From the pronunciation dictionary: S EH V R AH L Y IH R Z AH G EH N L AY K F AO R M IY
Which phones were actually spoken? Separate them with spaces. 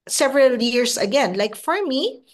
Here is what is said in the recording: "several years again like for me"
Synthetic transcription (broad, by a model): S EH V R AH L Y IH R S AH G EH N L AY K F AO R M IY